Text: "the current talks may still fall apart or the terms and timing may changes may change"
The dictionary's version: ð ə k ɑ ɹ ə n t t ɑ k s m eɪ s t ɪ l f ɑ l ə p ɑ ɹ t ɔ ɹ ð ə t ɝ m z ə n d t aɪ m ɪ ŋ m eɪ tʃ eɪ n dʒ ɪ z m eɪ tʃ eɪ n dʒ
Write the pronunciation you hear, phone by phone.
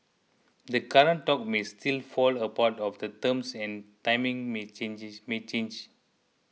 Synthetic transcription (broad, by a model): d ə k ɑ ɹ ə n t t ɑ k m eɪ s t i l f ɑ l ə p ɑ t ɔ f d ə t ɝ m s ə n t aɪ m ɪ ŋ m eɪ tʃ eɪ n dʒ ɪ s m eɪ tʃ eɪ n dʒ